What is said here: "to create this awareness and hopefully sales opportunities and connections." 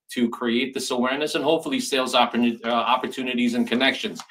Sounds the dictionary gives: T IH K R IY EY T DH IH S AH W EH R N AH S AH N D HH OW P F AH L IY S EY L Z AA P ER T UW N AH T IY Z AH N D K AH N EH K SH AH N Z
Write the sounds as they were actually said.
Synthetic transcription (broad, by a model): T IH K R IY EY T DH IH S AH W EH R N AH S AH N HH OW P F L IY S EY L Z AA P ER T UW N AH T IY Z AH N K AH N EH K SH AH N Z